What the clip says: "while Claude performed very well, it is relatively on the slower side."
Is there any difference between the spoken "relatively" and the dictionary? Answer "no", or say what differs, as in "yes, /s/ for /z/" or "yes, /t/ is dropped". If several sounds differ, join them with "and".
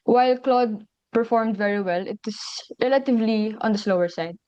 no